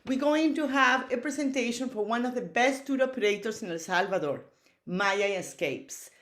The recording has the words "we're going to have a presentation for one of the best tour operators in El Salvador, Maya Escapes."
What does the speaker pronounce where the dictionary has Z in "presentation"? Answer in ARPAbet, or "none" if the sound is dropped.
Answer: S